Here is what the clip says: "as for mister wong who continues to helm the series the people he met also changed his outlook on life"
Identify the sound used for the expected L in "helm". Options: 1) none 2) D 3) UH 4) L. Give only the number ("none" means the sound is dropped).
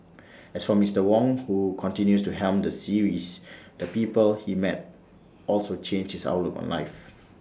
4